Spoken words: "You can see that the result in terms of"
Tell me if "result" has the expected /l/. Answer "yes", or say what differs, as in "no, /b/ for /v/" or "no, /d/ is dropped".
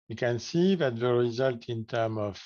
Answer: yes